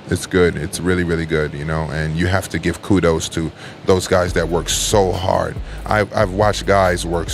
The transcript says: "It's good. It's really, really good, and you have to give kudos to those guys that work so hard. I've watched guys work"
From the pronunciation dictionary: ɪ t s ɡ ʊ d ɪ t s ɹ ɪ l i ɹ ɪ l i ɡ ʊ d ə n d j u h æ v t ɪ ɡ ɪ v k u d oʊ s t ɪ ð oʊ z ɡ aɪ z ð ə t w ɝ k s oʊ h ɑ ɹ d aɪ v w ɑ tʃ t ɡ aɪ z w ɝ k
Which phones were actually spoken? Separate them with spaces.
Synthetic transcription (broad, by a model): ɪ t s ɡ ʊ d ɪ t s ɹ ɪ l i ɹ ɪ l i ɡ ʊ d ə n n j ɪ h æ f t ɪ ɡ ɪ v k u d oʊ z t ɪ ð oʊ z ɡ aɪ z ð ə t w ɝ k s oʊ h ɑ ɹ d aɪ v w ɑ tʃ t ɡ aɪ z w ɝ k